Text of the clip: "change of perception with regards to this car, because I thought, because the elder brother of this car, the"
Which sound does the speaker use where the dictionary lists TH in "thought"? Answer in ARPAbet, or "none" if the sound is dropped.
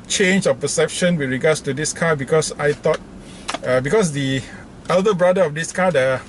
T